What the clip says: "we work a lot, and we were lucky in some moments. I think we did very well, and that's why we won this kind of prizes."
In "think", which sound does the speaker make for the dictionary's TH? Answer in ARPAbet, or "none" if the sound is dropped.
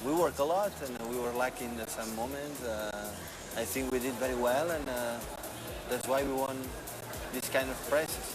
TH